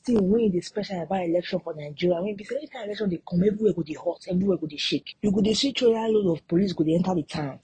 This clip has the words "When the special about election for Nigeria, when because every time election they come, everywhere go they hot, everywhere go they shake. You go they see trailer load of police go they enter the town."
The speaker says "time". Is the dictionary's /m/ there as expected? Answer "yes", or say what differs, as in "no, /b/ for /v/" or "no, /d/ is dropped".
no, /m/ is dropped